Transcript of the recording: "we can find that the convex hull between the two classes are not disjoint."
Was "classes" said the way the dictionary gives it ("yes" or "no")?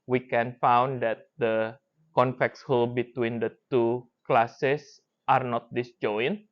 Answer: no